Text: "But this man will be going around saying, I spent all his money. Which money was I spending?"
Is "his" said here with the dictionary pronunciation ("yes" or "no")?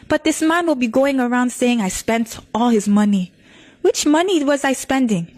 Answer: yes